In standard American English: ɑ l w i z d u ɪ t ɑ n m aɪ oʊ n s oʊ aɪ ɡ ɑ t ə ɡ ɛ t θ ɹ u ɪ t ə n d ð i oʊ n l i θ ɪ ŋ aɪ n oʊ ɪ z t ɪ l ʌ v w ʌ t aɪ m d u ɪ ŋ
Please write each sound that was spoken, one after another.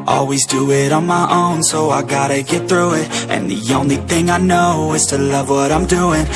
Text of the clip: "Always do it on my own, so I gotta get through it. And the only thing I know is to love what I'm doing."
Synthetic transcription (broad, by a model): ɑ l w i z d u ɪ t n m aɪ oʊ n s oʊ aɪ ɡ ɑ t ə ɡ ɛ t θ ɹ u ɪ t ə n ð i oʊ n l i θ ɪ ŋ aɪ n oʊ ɪ z t ɪ l ʌ v w ʌ t aɪ m d u ɪ ŋ